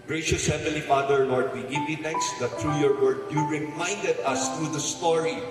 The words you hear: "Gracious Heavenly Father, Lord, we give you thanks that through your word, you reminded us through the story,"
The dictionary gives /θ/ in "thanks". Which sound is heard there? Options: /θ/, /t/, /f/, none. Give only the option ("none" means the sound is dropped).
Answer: /t/